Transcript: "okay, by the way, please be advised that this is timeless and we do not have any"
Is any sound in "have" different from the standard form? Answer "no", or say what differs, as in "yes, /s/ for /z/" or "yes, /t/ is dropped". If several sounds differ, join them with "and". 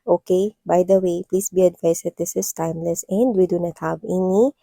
yes, /b/ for /v/